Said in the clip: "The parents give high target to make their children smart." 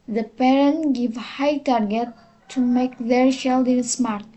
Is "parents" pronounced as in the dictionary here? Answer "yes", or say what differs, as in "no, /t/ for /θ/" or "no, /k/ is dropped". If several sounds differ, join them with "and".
no, /s/ is dropped